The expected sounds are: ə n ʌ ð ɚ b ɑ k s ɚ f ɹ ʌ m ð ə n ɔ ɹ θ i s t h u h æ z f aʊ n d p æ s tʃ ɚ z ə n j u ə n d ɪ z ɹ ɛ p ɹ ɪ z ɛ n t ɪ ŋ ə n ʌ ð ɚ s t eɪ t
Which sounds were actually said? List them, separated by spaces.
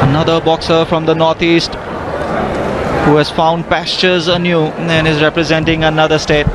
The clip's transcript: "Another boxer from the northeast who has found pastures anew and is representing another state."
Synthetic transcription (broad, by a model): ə n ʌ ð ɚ b ɑ k s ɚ f ɹ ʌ m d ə n ɔ ɹ t i s t h u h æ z f aʊ n d p æ s tʃ ɚ z ə n j u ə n ɪ z ɹ ɛ p ɹ ɪ z ɛ n t ɪ ŋ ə n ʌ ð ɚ s t eɪ t